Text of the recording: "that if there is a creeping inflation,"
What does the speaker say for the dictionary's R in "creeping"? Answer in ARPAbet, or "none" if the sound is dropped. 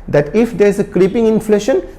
R